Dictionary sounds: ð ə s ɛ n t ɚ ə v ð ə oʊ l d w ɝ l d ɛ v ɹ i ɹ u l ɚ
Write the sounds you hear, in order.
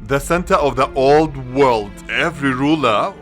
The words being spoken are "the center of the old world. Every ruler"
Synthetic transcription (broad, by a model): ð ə s ɛ n t ɚ ə v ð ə oʊ l d w ɝ l d ɛ v ɹ i ɹ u l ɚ